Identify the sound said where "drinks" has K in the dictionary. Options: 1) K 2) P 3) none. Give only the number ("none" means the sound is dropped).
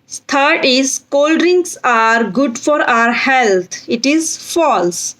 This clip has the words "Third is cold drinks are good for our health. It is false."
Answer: 3